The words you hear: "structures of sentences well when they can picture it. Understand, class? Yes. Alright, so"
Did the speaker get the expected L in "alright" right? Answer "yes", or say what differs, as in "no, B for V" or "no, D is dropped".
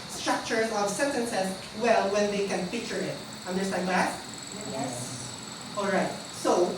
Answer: yes